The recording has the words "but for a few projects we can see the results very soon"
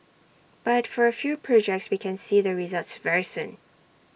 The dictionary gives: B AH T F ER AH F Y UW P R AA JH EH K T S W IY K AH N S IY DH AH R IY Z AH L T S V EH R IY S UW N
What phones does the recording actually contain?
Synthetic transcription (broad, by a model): B AH T F ER AH F Y UW P R AA JH EH K T S W IY K AH N S IY DH AH R IY Z AH L T S V EH R IY S UW N